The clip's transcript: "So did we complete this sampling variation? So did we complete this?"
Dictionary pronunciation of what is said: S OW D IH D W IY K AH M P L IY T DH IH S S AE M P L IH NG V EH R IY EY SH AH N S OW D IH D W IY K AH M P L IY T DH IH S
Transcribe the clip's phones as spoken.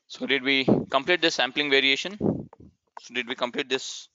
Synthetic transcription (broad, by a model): S OW D IH D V IY K AH M P L IY T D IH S S AE M P L IH NG V EH R IY EY SH AH N S OW D IH D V IY K AH M P L IY T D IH S